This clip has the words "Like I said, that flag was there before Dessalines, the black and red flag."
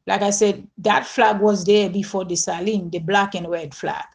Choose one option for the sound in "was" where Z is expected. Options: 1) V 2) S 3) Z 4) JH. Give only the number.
3